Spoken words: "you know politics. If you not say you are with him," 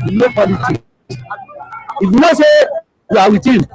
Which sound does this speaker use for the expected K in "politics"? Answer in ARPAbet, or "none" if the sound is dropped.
none